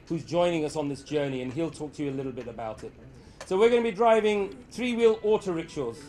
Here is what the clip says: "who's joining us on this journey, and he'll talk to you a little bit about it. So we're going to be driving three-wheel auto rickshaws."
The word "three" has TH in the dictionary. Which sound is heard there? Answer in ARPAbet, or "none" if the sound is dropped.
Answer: TH